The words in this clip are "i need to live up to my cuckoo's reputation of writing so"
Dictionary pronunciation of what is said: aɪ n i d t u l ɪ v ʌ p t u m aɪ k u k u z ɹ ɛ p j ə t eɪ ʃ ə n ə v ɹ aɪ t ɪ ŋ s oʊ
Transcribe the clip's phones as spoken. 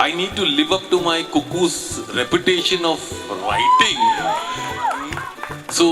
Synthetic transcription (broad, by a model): aɪ n i d t u l ɪ v ʌ p t u m aɪ k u k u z ɹ ɛ p j ə t eɪ ʃ ə n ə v ɹ aɪ t ɪ ŋ s oʊ